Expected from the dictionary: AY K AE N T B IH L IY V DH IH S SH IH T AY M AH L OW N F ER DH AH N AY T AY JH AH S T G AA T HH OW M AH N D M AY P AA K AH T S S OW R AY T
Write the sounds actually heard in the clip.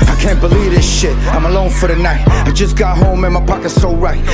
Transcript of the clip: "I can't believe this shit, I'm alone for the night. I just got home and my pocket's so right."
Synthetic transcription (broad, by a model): AY K AE N B IH L IY V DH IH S SH IH T AY M AH L OW N F ER DH AH N AY T AY JH AH S G AA T HH OW M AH N M AY P AA K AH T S S OW R AY T